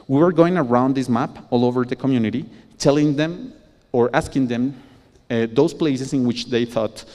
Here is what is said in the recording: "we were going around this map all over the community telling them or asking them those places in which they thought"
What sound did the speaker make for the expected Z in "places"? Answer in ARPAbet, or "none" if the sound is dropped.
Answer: S